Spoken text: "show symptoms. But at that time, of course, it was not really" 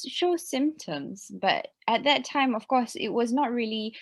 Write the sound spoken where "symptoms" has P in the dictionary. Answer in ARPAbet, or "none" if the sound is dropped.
P